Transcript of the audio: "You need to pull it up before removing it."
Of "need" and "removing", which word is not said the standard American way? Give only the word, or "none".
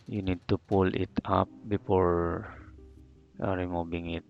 removing